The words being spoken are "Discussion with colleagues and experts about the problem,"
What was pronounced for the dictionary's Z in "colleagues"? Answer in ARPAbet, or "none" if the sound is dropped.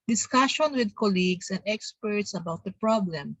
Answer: S